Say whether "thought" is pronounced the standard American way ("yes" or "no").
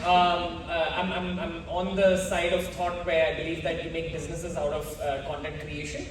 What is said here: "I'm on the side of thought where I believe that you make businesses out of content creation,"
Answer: no